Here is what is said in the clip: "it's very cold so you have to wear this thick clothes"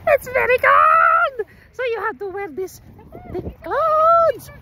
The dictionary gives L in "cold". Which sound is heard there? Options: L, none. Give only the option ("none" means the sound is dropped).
none